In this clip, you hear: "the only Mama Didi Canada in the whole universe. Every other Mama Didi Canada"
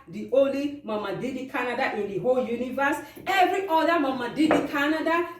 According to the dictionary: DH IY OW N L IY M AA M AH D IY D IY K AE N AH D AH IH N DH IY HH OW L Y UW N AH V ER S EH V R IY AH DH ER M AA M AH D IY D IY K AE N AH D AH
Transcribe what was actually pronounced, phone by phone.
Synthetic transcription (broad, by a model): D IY OW L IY M AA M AH D IY D IY K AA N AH D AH IH N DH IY HH OW L Y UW N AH V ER S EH V R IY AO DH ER M AA M AH D IY D IY K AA N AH D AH